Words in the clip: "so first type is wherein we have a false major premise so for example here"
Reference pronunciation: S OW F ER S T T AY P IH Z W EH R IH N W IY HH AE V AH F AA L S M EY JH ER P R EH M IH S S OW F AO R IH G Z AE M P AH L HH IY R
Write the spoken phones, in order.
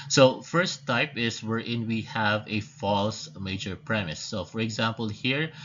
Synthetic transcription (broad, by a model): S OW F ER S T T AY P IH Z W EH R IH N W IY HH AE V AH F AA L S M EY JH ER P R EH M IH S S OW F AO R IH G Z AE M P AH L HH IY R